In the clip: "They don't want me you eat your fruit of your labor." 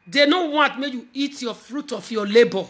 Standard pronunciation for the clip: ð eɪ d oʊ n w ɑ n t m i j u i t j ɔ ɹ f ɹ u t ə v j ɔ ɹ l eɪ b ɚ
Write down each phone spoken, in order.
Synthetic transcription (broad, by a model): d eɪ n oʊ w ɑ n t m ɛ j u i t j ɔ f ɹ u t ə f j ɔ l eɪ b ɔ